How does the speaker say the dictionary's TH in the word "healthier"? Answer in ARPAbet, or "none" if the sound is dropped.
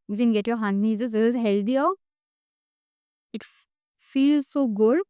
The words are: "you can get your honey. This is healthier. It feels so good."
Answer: T